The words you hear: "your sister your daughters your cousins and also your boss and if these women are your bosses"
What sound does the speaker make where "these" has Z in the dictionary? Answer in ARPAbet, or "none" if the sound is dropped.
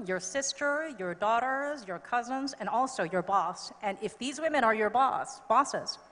Z